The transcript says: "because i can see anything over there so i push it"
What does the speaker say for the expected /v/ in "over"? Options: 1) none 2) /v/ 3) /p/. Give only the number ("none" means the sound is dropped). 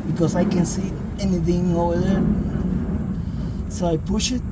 1